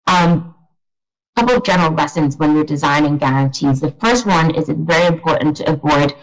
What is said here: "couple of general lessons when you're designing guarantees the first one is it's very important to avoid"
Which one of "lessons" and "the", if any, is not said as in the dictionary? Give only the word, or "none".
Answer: none